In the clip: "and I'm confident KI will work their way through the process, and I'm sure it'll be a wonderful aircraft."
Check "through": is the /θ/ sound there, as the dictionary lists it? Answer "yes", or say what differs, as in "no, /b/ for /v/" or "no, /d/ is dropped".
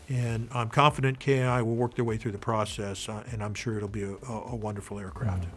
yes